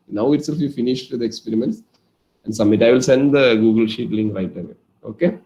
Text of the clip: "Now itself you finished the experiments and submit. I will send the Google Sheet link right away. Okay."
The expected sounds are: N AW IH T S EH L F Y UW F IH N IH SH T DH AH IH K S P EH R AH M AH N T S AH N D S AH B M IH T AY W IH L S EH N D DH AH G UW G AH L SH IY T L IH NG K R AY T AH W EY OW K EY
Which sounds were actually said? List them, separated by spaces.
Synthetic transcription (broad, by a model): N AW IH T S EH L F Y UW F IH N IH SH T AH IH K S P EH R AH M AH N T S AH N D S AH M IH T AY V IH L S EH N D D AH G UW G AH L SH IY T L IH NG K R AY T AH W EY OW K EY